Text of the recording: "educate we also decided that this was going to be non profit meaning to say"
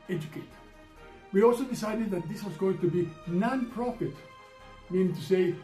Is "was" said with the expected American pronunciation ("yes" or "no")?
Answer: yes